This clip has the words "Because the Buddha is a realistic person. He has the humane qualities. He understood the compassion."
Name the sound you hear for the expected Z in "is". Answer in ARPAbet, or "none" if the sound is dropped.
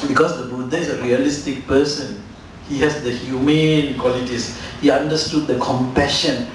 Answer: S